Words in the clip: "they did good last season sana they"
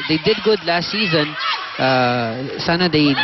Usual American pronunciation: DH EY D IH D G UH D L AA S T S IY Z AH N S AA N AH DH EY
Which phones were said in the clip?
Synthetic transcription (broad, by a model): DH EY D IH D G UH D L AA S T S IY Z AH N S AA N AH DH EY